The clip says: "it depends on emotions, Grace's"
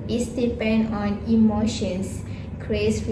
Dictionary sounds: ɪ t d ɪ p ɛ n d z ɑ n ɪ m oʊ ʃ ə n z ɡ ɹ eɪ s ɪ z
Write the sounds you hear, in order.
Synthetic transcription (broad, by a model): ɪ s d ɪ p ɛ n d ɑ n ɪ m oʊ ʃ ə n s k ɹ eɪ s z